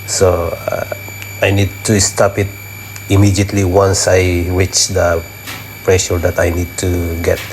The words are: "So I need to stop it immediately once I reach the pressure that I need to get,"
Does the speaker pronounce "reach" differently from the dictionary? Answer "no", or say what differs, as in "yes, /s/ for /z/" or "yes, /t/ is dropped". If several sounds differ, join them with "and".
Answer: yes, /w/ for /ɹ/